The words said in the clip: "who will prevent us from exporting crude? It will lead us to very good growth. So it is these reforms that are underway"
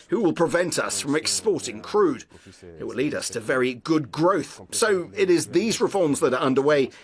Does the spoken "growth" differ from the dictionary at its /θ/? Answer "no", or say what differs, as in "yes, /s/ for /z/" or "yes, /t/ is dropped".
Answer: no